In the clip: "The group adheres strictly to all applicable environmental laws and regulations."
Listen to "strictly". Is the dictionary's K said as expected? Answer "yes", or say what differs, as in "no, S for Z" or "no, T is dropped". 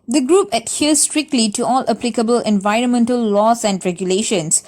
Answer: yes